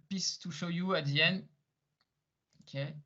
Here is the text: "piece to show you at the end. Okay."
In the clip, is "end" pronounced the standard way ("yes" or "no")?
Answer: no